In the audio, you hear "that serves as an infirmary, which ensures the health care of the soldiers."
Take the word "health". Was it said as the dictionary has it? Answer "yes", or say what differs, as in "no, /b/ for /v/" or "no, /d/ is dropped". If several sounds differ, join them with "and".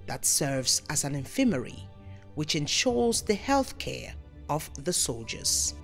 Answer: yes